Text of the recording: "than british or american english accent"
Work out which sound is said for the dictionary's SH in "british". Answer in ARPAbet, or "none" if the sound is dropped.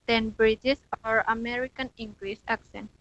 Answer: S